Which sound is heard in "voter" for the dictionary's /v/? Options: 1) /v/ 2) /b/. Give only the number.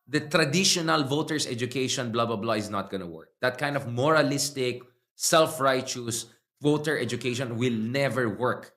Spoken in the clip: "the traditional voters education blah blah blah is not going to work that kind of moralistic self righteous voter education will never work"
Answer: 1